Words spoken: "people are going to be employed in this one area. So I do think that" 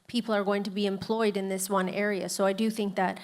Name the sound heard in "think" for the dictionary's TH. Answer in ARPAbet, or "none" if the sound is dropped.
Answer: TH